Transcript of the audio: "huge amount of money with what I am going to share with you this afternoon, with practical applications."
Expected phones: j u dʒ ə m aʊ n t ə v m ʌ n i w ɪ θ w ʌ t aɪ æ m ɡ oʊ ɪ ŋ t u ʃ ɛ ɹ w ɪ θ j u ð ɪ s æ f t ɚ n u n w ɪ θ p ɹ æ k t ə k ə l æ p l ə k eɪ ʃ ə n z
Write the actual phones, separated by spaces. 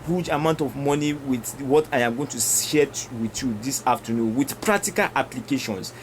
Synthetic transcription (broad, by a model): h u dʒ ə m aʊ n t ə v m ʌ n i w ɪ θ w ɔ t aɪ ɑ m ɡ oʊ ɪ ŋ t u s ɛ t w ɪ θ j u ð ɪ s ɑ f t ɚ n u n w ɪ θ p ɹ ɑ k t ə k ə l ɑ p l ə k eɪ ʃ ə n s